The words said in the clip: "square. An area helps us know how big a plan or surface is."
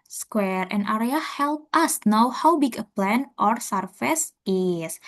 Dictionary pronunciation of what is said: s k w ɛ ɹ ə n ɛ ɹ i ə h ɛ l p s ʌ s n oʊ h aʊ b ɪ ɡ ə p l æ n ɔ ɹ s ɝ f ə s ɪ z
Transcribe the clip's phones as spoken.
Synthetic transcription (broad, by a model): s k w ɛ ɹ ə n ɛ ɹ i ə h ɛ l p ʌ s n oʊ h aʊ b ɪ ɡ ə p l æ n ɔ ɹ s ɝ f ə s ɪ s